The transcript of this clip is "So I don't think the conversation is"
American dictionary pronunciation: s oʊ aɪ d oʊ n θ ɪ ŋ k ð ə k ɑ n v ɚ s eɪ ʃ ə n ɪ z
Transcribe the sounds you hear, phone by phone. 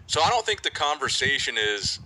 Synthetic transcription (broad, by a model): s oʊ aɪ d oʊ n θ ɪ ŋ k ð ə k ɑ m v ɚ s eɪ ʃ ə n ɪ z